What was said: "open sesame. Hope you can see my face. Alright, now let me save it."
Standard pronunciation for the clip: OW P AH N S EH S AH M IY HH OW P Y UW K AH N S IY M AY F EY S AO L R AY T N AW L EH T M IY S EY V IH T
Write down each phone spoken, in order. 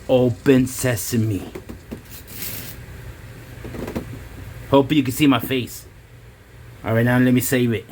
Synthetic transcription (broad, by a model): OW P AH N S EH S AH M IY HH OW P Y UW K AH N S IY M AY F EY S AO R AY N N L EH T M IY S EY V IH T